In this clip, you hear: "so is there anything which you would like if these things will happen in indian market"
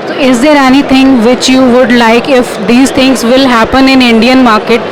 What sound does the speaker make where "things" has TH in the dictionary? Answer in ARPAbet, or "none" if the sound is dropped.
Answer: T